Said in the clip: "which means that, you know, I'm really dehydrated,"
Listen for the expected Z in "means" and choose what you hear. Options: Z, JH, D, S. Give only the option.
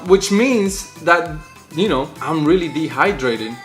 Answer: Z